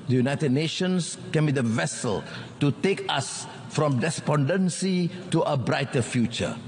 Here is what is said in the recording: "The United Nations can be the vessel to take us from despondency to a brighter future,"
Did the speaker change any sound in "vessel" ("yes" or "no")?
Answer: no